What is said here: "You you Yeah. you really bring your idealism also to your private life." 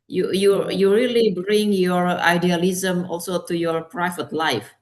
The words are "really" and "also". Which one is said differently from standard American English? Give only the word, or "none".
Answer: none